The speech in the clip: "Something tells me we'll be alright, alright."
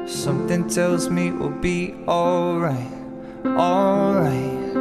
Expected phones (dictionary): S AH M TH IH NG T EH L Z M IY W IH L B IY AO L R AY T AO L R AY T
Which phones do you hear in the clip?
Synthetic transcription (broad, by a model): S AH M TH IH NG T EH L Z M IY W IH L B IY AO L R AY T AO L R AY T